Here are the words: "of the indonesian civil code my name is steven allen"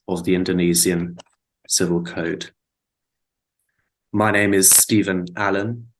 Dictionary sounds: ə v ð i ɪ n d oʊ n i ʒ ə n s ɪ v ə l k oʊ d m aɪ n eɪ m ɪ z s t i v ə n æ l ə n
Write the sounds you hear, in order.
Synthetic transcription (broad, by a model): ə v ð i ɪ n d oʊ n i z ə n s ɪ v ə l k oʊ d m aɪ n eɪ m ɪ z s t i v ə n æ l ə n